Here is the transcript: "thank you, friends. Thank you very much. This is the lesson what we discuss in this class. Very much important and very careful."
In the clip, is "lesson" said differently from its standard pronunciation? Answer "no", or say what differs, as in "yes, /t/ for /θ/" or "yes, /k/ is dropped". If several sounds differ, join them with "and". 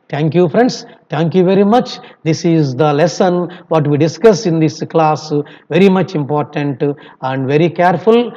no